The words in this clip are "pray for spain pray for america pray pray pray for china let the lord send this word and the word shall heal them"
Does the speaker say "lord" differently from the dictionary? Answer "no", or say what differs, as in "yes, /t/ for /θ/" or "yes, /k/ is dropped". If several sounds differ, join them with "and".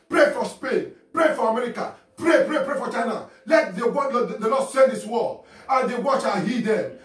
yes, /l/ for /ɹ/